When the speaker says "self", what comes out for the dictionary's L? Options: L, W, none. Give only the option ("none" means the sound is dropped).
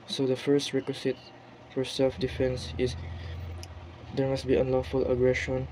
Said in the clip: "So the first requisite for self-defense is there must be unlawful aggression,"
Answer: L